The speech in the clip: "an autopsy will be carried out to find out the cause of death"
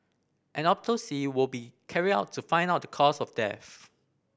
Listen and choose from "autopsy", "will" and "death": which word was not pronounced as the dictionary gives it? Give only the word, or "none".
autopsy